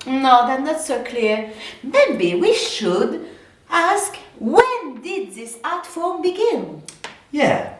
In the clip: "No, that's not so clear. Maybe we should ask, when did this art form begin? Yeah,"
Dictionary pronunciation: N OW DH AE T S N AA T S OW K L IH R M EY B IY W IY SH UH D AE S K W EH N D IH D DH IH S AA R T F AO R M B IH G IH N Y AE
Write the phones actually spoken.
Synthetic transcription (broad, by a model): N OW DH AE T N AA T S OW K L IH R M EY B IY W IY SH UH D AE S K W EH N D IH D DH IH S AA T F AO R M B IH G IH N Y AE